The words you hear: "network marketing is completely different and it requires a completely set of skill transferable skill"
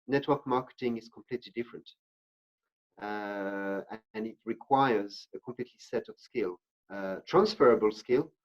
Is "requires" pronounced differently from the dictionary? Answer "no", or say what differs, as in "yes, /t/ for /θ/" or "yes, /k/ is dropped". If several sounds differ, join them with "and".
no